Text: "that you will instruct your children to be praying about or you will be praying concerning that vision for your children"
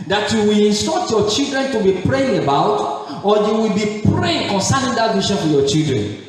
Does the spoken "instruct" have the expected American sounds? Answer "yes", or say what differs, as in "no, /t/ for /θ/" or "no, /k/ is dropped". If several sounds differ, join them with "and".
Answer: no, /ɹ/ is dropped and /k/ is dropped